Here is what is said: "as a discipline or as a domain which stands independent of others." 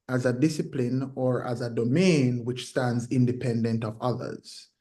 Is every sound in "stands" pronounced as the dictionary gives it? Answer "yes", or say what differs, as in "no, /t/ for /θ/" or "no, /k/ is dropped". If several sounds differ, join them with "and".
yes